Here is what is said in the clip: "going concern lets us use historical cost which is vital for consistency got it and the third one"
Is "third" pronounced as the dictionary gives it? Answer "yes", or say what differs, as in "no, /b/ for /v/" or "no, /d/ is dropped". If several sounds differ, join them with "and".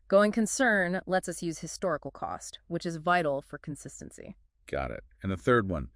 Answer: yes